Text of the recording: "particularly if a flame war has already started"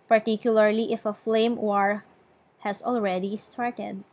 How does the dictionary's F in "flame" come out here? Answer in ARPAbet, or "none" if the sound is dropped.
F